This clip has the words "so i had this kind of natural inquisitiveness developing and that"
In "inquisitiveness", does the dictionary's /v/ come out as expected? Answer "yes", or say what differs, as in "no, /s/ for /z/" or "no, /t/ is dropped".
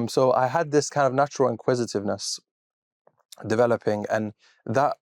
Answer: yes